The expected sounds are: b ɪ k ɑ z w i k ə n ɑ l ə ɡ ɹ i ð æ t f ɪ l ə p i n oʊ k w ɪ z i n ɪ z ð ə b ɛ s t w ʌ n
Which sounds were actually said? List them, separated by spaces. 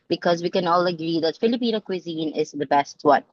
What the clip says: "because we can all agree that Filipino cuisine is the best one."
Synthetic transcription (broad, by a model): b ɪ k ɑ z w i k ə n ɑ l ə ɡ ɹ i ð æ t f ɪ l ə p i n oʊ k w ɪ z i n ɪ z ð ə b ɛ s t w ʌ n